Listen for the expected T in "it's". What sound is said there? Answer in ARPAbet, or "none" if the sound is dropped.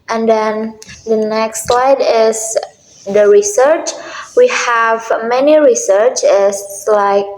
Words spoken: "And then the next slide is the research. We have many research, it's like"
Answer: S